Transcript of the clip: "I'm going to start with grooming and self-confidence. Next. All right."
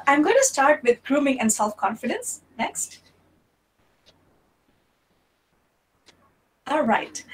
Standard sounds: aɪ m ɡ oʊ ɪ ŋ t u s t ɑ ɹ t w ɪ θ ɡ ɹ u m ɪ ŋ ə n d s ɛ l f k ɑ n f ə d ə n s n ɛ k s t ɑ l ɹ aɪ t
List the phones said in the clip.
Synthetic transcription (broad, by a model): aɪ m ɡ oʊ ɪ ŋ t u s t ɑ ɹ t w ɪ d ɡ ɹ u m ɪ ŋ ə n d s ɛ l f k ɑ n f ə d ə n s n ɛ k s t ɑ l ɹ aɪ t